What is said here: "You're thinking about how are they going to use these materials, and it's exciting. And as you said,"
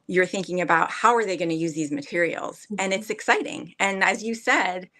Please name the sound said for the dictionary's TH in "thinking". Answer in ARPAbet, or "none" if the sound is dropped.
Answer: TH